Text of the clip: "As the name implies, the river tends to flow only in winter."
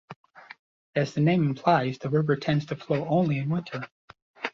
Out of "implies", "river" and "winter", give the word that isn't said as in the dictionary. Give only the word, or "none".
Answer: none